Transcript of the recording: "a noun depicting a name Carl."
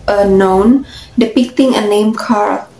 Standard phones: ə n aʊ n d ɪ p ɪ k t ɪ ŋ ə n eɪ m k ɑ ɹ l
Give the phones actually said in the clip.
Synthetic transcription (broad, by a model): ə n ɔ n d ɪ p ɪ k t ɪ ŋ ə n eɪ m k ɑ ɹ